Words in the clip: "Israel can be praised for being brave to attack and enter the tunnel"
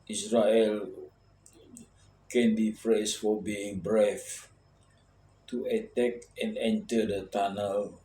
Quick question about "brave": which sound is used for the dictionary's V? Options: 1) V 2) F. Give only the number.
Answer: 2